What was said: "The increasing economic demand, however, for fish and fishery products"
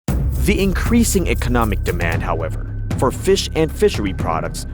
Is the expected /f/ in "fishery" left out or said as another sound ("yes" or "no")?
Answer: no